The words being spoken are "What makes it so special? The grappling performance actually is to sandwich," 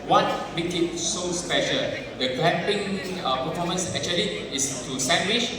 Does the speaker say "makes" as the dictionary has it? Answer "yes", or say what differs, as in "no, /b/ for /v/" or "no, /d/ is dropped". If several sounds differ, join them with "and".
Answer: no, /s/ is dropped